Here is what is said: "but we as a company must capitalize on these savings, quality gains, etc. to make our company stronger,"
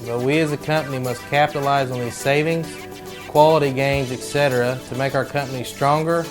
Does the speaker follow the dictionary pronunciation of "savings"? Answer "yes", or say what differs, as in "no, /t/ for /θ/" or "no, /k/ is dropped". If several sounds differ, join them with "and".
yes